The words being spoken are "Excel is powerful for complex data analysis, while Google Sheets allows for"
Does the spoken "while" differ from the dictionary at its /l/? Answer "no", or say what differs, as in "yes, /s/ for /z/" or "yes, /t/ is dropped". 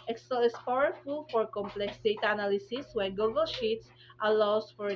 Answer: yes, /n/ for /l/